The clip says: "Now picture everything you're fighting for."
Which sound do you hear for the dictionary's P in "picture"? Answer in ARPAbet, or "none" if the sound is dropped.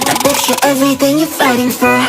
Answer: B